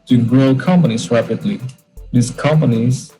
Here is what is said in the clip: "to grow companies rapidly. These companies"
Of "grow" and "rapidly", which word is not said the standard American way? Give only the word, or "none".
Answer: none